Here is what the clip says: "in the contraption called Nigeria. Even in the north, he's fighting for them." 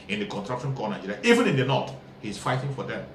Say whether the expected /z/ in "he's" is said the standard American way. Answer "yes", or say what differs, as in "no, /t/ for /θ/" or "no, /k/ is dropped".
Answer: no, /s/ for /z/